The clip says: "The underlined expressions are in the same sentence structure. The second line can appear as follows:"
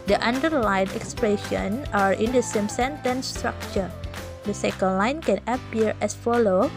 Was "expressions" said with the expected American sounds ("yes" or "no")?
no